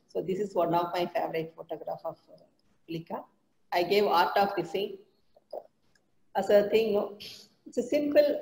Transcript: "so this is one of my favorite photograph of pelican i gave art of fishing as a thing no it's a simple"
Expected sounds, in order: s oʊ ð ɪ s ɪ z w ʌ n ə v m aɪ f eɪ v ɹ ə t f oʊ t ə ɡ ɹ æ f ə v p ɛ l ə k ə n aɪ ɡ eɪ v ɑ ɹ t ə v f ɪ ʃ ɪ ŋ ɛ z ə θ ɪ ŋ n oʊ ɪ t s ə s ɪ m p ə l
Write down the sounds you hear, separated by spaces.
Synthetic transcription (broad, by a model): s oʊ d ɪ s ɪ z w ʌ n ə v m aɪ f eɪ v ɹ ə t f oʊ t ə ɡ ɹ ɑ f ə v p l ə k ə aɪ ɡ eɪ v ɑ ɹ t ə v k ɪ s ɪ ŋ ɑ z ə t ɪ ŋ n oʊ ɪ t s ə s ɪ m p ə l